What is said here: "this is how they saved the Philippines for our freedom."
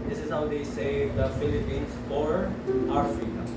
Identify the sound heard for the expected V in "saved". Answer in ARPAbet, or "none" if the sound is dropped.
none